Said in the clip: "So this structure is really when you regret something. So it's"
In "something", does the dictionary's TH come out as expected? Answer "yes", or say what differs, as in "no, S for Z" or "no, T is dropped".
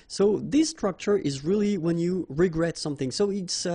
yes